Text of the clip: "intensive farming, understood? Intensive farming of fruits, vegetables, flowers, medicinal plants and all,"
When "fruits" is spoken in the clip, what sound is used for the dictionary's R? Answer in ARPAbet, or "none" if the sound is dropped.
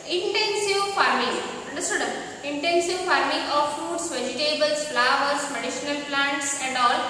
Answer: none